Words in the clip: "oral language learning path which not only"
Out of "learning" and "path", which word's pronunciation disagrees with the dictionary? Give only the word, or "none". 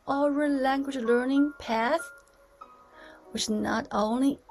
none